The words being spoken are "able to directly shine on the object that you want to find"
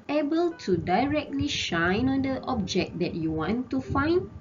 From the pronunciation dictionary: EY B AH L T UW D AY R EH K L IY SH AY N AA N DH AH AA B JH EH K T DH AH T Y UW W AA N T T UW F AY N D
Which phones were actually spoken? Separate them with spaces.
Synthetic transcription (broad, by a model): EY B AH L T UW D AY R EH K L IY SH AY N AA N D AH AA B JH EH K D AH T Y UW W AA N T T UW F AY N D